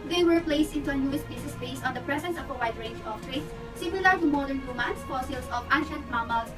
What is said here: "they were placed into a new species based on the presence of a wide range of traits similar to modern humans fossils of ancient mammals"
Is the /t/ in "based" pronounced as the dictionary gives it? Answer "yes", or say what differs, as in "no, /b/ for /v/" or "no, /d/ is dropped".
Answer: no, /t/ is dropped